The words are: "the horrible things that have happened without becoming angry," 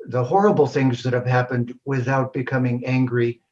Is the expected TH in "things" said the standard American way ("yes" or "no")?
yes